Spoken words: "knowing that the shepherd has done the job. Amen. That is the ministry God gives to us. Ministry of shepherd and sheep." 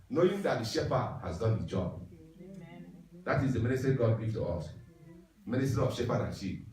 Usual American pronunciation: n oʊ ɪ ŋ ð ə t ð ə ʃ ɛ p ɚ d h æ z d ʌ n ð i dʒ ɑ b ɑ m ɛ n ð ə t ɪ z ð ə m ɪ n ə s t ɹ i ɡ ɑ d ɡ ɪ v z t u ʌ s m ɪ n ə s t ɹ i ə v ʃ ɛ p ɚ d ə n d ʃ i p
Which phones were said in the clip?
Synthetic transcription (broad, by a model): n oʊ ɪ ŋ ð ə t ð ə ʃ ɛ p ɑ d h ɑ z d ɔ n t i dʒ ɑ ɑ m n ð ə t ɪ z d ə m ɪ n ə s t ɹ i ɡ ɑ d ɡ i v t u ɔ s m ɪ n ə s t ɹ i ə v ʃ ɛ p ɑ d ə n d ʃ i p